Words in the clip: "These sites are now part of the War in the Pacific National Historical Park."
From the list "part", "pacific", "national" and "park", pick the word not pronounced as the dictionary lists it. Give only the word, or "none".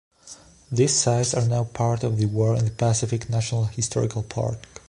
none